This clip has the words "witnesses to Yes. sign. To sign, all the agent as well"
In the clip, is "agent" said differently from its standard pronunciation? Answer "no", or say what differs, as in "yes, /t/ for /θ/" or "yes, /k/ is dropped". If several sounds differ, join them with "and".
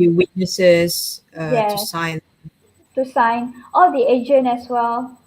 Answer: yes, /t/ is dropped